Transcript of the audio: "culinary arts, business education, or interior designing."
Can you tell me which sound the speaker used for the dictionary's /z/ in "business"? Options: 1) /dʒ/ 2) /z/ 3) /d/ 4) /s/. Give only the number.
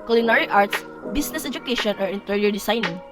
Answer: 4